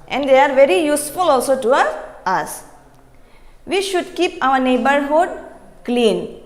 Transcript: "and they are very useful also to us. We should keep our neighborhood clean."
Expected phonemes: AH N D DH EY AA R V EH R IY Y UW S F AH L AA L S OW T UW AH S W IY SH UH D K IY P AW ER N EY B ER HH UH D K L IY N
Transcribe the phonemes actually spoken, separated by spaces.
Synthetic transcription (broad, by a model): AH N D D EY AA R V EH R IY Y UW S F AH L AA L S OW T UW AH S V IY SH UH D K IY P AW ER N EY B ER HH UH D K L IY N